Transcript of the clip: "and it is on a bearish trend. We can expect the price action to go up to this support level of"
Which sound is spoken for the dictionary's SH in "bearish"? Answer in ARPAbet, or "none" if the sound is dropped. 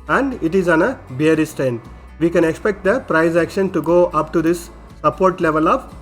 S